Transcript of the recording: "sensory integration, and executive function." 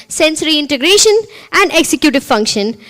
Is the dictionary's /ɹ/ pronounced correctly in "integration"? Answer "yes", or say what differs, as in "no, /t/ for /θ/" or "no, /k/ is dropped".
yes